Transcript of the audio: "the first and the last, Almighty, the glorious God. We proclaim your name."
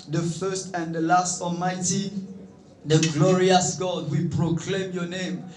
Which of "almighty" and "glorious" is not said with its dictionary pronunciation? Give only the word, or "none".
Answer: none